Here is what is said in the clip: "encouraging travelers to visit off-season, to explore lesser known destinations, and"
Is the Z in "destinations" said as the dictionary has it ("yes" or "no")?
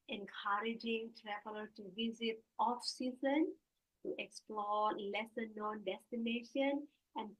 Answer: no